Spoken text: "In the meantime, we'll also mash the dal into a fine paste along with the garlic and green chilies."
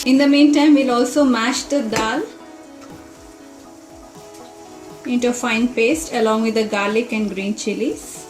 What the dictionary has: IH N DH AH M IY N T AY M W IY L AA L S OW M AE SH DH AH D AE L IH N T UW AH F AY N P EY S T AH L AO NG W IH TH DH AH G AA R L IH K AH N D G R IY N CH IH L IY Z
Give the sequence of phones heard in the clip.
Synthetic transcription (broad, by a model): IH N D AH M IY N T AY M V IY L AA L S OW M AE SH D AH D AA L IH N T UW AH F AY N P EY S T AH L AO NG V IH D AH G AA R L IH K AH N D G R IY N CH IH L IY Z